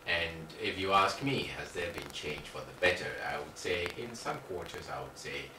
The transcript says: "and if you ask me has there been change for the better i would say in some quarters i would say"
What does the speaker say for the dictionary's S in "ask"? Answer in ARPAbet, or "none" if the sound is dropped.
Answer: S